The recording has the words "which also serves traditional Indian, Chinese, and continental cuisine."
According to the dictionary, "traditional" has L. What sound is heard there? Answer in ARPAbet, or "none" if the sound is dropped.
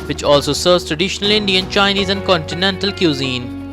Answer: L